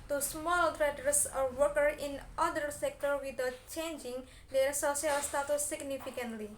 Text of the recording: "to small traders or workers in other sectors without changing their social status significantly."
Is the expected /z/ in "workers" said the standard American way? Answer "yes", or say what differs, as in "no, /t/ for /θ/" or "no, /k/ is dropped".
no, /z/ is dropped